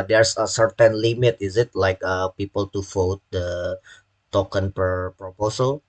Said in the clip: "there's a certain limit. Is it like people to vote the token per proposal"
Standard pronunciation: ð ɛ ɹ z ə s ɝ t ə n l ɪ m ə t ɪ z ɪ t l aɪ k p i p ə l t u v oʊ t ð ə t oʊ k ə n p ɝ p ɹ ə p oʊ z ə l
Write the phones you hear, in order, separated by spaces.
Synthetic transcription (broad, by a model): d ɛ ɹ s ə s ɝ t ə n l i m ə t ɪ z ɪ t l aɪ k p i p ə l t u f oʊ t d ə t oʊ k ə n p ɝ p ɹ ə p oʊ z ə l